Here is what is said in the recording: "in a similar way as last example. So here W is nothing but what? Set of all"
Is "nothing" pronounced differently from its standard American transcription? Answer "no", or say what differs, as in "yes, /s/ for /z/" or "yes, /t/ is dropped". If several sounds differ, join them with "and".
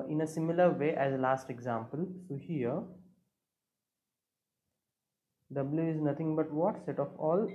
yes, /t/ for /θ/